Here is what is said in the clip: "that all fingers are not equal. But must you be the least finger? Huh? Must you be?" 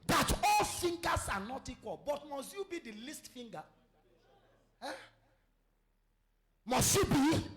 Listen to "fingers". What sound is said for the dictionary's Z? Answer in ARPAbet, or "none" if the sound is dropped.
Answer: S